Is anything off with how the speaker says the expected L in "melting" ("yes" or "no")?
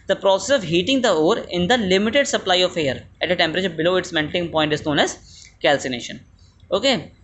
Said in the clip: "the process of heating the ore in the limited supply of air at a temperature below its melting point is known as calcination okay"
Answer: yes